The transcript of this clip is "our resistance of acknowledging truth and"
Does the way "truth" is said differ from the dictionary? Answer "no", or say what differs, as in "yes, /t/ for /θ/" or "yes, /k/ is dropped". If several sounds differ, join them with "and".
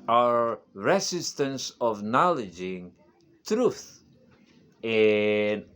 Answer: no